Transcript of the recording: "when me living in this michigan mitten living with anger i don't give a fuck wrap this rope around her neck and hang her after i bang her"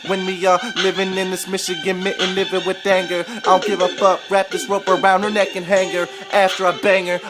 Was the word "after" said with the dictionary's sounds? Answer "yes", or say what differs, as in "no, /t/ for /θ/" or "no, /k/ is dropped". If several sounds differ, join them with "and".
yes